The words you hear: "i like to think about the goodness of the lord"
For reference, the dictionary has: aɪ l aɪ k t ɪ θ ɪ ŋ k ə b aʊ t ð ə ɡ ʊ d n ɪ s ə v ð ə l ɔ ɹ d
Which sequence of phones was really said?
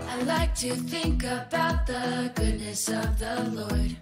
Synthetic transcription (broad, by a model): aɪ l aɪ k t ɪ θ ɪ ŋ k ə b aʊ t ð ə ɡ ʊ d n ɪ s ə v ð ə l ɔ ɹ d